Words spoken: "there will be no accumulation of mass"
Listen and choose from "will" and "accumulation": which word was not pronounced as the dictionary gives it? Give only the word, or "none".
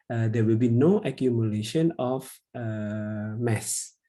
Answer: none